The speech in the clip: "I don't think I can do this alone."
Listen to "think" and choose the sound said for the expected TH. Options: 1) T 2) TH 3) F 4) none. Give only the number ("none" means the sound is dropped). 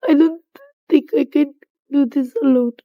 1